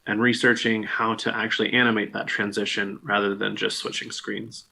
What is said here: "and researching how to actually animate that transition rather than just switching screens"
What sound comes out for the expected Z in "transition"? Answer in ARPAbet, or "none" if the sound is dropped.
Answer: Z